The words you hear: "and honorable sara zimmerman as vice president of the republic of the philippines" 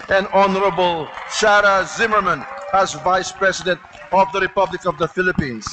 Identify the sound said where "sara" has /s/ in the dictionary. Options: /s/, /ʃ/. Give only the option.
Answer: /ʃ/